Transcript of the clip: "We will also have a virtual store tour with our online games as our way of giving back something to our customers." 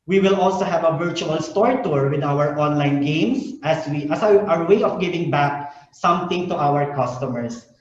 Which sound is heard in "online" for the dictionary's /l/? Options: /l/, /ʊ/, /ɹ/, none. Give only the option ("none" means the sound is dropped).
/l/